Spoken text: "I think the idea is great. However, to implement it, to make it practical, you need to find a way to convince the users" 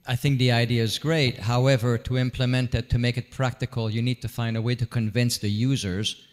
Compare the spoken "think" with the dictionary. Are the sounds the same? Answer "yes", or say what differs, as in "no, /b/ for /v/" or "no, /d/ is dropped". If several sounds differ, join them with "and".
yes